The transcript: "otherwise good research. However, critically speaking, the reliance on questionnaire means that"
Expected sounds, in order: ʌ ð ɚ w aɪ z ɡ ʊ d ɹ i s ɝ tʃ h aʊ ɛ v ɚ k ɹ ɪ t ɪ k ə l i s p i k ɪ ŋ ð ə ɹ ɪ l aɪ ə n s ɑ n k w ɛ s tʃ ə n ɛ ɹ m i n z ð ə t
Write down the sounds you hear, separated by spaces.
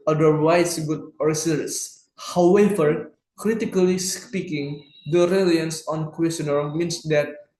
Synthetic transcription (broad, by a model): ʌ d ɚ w aɪ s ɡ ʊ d ɹ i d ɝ s h aʊ ɛ v ɚ k ɹ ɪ t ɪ k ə l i s p i k ɪ ŋ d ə ɹ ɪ l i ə n s ɑ n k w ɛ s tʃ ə n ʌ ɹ m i n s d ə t